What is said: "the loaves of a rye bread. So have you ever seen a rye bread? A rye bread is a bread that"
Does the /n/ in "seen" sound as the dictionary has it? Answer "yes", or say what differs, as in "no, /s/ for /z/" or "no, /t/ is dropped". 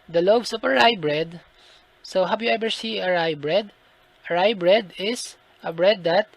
no, /n/ is dropped